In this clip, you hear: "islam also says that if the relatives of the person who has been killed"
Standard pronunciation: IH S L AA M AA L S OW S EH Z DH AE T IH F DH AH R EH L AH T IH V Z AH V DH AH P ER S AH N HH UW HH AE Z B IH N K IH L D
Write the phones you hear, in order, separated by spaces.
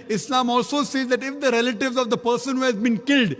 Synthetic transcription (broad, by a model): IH S L AA M AA L S OW S EH Z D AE T IH F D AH R EH L AH T IH V Z AH V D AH P ER S AH N HH UW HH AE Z B IH N K IH L D